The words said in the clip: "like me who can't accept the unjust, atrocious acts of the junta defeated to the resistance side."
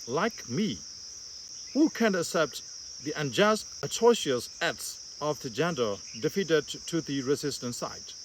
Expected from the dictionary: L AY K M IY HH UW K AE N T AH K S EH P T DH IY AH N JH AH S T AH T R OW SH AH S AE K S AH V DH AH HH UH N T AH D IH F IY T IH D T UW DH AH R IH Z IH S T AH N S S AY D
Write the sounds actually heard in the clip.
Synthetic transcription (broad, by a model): L AY K M IY HH UW K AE N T AH K S EH P T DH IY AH N JH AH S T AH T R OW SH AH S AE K S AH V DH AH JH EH N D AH D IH F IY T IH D T UW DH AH R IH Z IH S T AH N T S AY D